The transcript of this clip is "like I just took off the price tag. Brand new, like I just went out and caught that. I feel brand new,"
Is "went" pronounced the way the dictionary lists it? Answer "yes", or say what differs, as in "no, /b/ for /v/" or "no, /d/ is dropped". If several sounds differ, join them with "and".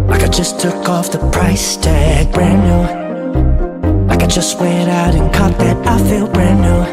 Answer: no, /n/ is dropped